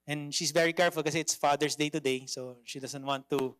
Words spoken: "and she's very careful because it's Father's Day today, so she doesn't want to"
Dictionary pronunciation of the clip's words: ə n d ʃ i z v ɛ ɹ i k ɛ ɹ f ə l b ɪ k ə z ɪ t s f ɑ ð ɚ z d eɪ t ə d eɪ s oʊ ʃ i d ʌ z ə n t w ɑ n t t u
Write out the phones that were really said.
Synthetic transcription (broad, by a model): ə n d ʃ i s v ɛ ɹ i k ɛ ɹ f ə l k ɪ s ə ɪ t s f ɑ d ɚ s d eɪ t ə d eɪ s oʊ ʃ i d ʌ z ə n t w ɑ n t t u